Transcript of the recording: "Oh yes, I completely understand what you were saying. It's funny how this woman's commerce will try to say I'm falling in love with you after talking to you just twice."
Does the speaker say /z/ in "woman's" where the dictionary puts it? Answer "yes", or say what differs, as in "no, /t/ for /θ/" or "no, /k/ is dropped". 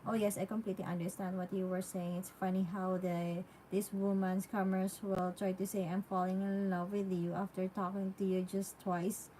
no, /s/ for /z/